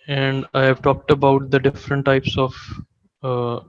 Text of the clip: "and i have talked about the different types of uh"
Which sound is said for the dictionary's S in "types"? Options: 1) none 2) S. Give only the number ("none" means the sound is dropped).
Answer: 2